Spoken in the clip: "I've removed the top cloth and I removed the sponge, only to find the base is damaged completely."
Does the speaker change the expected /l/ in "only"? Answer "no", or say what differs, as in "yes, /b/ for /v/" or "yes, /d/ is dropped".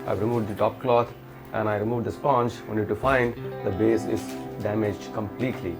yes, /l/ is dropped